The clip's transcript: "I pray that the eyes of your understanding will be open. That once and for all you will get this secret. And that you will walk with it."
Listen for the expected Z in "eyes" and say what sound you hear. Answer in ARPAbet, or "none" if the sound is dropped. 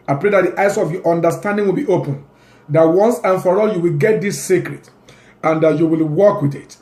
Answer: S